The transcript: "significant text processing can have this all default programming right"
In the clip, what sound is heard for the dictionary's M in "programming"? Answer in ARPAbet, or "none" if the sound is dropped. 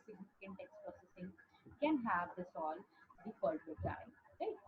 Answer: none